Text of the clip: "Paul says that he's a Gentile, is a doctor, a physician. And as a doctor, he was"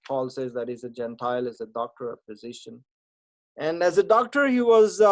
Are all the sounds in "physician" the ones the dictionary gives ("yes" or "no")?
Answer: no